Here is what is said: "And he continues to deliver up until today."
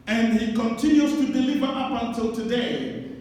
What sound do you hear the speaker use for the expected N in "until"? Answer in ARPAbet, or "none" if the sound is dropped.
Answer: N